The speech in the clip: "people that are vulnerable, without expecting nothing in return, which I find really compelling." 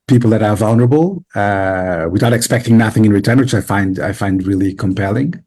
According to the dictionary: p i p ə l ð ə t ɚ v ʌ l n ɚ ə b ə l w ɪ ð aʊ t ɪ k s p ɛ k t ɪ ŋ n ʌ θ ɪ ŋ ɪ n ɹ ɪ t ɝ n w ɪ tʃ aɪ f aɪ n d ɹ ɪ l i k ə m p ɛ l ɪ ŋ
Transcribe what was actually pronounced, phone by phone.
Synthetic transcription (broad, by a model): p i p l ð ə t ɚ v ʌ l n ɚ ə b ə w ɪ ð aʊ t ɪ k s p ɛ k t ɪ ŋ n ʌ θ ɪ ŋ ɪ n ɹ ɪ t ɝ n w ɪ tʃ aɪ f aɪ n d ɹ ɪ l i k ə m p ɛ l ɪ ŋ